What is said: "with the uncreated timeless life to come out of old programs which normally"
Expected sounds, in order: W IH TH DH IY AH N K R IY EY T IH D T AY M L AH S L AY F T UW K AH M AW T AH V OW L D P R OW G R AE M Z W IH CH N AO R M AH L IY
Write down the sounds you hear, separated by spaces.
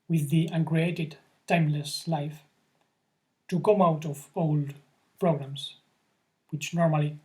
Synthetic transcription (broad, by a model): W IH DH IY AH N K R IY EY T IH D T AY M L AH S L AY F T UW K AH M AW T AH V OW L D P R OW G R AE M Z W IH CH N AO R M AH L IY